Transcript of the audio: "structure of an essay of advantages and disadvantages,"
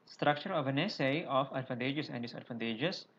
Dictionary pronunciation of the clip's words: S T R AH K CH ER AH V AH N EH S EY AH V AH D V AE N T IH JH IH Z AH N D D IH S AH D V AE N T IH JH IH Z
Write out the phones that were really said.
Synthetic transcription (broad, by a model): S T R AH K CH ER AH V AH N EH S EY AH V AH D F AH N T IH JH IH S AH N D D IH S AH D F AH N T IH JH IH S